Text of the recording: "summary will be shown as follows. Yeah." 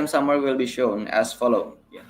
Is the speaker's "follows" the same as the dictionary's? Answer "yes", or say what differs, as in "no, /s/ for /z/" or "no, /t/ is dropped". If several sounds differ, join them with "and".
no, /z/ is dropped